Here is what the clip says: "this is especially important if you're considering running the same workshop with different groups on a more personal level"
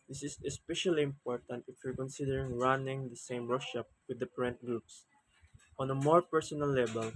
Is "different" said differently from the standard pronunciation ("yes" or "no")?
yes